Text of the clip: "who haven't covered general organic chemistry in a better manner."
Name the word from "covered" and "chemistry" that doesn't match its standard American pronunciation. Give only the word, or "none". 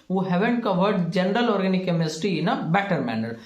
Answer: chemistry